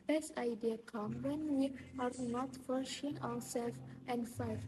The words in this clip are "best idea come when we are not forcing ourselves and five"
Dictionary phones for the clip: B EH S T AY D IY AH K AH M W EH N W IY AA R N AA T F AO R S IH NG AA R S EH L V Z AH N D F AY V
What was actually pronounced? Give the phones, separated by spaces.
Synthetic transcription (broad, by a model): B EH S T AY D IY AH K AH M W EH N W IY AA R N AA T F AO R SH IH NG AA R S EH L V AH N D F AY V